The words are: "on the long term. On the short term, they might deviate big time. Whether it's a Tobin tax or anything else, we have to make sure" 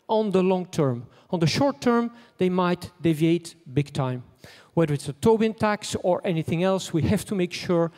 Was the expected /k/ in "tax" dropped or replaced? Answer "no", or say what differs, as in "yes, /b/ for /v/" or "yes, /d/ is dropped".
no